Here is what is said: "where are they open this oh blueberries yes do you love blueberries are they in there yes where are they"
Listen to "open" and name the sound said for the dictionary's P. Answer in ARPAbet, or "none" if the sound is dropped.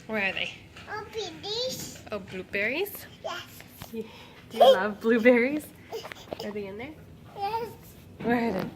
B